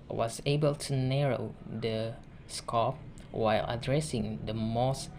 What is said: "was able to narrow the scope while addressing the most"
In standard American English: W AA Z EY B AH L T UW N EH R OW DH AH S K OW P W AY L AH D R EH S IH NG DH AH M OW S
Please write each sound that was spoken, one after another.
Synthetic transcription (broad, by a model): W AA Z EY B AH L T UW N EH R OW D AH S K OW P W AY L AH D R EH S IH NG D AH M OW S